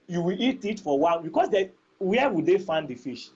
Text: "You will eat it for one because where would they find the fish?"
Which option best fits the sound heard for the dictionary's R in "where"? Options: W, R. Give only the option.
W